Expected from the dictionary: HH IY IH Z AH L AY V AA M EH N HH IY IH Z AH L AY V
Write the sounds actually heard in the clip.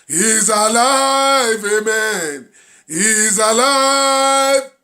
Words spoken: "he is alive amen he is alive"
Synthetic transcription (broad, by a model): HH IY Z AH L AY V AA M EH N HH IY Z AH L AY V